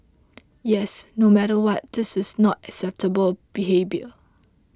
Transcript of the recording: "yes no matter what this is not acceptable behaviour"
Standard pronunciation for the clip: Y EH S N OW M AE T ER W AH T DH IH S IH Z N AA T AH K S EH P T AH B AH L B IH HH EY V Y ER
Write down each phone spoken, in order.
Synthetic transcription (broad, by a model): Y EH S N OW M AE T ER W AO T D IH S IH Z N AA T AH K S EH P T AH B AH L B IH HH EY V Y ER